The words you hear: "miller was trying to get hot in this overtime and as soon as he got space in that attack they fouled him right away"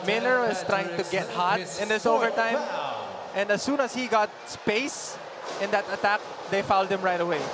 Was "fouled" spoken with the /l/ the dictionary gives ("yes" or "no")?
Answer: yes